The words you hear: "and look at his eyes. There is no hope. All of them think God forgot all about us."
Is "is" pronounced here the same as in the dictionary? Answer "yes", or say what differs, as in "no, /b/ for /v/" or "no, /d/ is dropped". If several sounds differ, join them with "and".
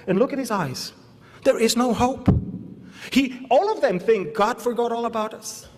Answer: yes